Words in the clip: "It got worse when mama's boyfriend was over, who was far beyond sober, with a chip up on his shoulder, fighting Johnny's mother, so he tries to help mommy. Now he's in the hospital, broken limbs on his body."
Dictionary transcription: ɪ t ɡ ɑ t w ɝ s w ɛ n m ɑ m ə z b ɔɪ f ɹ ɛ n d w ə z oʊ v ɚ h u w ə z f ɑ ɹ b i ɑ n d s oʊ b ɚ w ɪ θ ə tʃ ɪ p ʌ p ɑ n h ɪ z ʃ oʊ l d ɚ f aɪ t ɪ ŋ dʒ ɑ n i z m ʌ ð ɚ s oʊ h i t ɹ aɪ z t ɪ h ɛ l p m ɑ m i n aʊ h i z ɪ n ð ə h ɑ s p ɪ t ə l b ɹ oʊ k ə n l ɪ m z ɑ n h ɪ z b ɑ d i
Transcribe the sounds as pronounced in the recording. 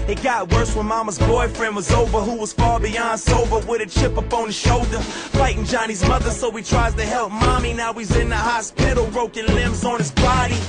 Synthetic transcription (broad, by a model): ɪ t ɡ ɑ t w ɝ s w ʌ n m ɑ m ə z b ɔɪ f ɹ ɛ n d w ə z oʊ v ɚ h u w ə z f ɑ ɹ b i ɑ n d s oʊ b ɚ w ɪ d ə tʃ ɪ p ʌ p ɑ n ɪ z ʃ oʊ l d ɚ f aɪ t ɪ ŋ dʒ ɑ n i z m ʌ ð ɚ s oʊ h i t ɹ aɪ z t ɪ h ɛ l p m ɑ m i n aʊ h i z ɪ n ð ə h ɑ s p ɪ t l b ɹ oʊ k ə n l ɪ m z n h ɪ z b ɑ d i